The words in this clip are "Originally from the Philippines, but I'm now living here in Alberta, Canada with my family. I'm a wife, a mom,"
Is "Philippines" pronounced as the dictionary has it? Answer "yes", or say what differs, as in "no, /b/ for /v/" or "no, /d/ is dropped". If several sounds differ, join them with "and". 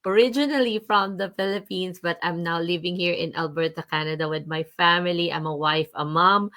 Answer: no, /s/ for /z/